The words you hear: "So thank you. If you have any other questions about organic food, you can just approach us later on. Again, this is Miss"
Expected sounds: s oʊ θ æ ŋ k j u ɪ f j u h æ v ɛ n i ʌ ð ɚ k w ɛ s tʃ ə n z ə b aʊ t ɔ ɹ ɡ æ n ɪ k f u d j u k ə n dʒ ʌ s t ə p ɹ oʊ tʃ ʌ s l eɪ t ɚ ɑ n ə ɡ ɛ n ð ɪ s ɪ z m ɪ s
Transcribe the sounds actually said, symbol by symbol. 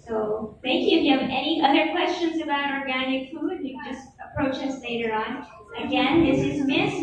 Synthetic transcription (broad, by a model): s oʊ θ æ ŋ k j u ɪ f j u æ v ɛ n i ʌ ð ɚ k w ɛ s tʃ ə n z ə b aʊ t ɔ ɹ ɡ æ n ɪ k f u d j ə dʒ ʌ s t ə p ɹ oʊ tʃ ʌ s l eɪ t ɚ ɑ n ə ɡ ɛ n ð ɪ s ɪ z m ɪ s